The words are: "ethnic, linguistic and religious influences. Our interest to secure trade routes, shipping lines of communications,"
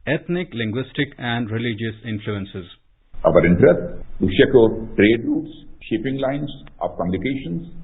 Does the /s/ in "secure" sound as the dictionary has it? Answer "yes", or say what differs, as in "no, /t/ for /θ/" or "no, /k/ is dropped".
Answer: no, /ʃ/ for /s/